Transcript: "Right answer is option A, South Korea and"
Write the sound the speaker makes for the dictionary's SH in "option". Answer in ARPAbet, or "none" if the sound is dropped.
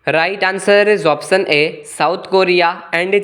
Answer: S